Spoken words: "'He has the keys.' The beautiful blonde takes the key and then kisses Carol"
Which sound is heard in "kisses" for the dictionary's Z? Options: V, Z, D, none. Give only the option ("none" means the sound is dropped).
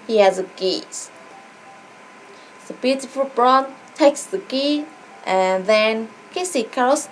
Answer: none